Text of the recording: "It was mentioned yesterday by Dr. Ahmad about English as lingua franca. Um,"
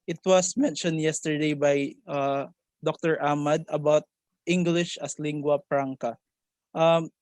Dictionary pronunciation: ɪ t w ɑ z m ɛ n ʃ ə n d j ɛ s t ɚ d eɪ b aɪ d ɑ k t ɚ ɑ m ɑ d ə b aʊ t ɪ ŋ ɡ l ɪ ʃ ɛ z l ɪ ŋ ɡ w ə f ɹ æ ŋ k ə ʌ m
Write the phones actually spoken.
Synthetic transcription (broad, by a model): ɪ t w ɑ s m ɛ n ʃ ə n d j ɛ s t ɚ d eɪ b aɪ d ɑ k t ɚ ɑ m ɑ d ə b aʊ t ɪ ŋ ɡ l ɪ ʃ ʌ s l ɪ ŋ ɡ w ə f ɹ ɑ ŋ k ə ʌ m